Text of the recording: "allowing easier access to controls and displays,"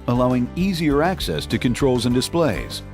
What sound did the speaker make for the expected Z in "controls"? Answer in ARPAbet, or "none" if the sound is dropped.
Z